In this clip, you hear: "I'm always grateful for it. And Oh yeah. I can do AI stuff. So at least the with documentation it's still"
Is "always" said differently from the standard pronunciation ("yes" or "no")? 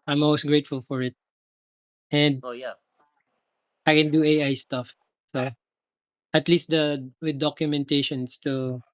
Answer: yes